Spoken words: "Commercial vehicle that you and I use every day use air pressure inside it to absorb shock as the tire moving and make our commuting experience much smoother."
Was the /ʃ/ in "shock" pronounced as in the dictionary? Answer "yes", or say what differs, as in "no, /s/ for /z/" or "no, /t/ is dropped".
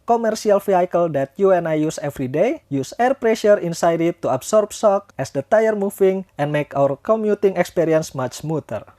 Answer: no, /s/ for /ʃ/